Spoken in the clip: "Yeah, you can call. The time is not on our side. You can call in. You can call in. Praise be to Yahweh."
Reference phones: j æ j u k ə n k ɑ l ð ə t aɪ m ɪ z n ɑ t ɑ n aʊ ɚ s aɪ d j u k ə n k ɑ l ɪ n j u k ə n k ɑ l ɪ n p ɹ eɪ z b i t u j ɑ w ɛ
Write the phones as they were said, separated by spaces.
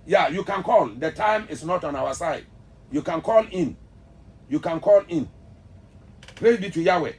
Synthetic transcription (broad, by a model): j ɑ j u k ə n k ɑ l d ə t aɪ m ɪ s n ɑ t ɑ n aʊ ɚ s aɪ d j u k ə n k ɑ l ɪ n j u k ə n k ɑ l ɪ n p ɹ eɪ b i t u j ɑ w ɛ